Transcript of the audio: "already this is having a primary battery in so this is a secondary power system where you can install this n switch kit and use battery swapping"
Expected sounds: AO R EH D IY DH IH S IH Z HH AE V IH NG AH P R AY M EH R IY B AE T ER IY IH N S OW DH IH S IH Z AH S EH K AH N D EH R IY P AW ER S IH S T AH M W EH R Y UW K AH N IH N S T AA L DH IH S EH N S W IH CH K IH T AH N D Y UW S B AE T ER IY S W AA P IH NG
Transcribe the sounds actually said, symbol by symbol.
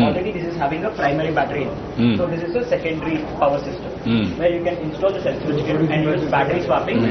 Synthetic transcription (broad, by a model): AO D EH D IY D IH S IH Z HH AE V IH NG AH P R AY M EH R IY B AE T ER IY S OW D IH S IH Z AH S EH K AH N D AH R IY P AW ER S IH S T AH M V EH R Y UW K AH N IH N S T AA L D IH S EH L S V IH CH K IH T AH N D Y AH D B AE T ER IY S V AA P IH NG